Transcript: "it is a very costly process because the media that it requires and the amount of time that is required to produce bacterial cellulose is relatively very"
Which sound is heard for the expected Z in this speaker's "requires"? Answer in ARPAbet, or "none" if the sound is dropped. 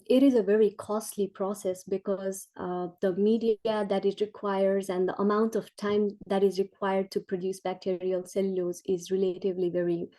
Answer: Z